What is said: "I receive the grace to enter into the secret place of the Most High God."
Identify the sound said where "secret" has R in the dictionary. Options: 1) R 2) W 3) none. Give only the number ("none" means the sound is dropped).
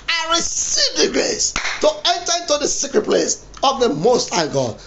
1